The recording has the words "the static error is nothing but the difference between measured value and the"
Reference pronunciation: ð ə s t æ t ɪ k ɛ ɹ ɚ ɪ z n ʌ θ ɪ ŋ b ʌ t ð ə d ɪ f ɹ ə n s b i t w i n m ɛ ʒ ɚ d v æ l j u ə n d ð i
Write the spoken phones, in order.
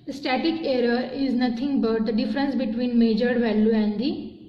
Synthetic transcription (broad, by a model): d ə s t æ t ɪ k ɛ ɹ ɚ ɪ z n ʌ t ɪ ŋ b ʌ t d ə d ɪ f ɹ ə n s b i t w i n m ɛ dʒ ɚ d v æ l j u ə n d i